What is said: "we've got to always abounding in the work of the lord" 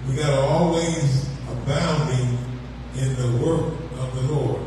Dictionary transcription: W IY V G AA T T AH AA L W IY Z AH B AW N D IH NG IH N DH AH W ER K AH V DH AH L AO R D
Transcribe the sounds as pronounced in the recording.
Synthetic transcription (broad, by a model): W IY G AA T T AA L W IY Z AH B AW N D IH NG IH N DH AH W ER K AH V DH AH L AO R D